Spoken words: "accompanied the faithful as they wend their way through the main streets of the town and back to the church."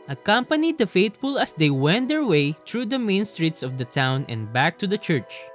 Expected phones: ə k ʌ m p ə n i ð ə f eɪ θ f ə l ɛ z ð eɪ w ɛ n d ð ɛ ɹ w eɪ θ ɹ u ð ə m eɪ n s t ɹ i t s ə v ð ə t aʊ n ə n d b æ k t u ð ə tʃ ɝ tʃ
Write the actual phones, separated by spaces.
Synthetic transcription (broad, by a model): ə k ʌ m p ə n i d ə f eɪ t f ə l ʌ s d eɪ w ɛ n d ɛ ɹ w eɪ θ ɹ u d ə m eɪ n s t ɹ i t s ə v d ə t aʊ n ə n d b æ k t u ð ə tʃ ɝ tʃ